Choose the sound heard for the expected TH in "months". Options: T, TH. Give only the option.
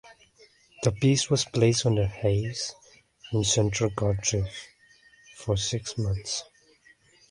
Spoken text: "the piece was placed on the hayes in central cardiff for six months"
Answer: TH